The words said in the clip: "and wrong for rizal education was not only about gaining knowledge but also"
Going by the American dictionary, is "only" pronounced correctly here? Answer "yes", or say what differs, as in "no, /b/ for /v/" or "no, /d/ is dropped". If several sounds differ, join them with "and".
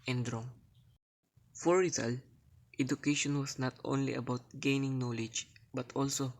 yes